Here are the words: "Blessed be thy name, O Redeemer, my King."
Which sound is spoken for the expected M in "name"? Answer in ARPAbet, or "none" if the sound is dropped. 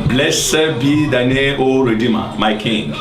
none